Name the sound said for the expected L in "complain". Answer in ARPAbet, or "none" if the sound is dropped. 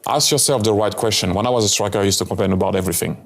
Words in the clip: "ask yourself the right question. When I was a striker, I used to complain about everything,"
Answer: none